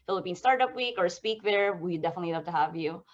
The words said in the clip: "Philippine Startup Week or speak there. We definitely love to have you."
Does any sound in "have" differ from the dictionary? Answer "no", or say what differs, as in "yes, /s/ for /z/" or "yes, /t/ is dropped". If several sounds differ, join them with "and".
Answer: no